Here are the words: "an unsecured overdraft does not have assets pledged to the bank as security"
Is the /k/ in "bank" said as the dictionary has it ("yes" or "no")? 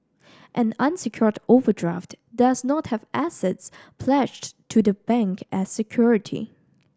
yes